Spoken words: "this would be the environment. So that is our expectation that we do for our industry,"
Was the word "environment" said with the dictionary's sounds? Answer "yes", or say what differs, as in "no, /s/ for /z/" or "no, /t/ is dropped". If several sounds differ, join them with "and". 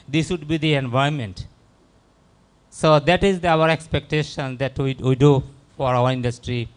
no, /ɹ/ is dropped